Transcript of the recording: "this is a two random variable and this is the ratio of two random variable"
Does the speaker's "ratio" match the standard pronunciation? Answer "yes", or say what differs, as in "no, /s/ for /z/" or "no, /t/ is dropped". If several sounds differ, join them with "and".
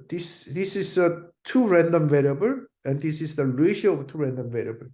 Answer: no, /l/ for /ɹ/